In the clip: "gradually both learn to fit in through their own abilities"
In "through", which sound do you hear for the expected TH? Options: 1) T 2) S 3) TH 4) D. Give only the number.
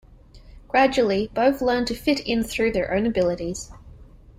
3